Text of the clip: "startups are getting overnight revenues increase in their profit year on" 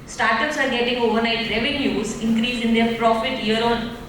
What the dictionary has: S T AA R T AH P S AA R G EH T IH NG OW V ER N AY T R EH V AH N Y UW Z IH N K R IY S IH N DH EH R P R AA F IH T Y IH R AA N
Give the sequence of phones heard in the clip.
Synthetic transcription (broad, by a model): S T AA R T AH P S AA R G EH T IH NG OW V ER N AY T R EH V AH N Y UW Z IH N K R IY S IH N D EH R P R AA F IH T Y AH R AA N